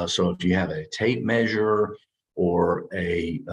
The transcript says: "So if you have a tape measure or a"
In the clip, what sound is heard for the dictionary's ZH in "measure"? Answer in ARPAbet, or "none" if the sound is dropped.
ZH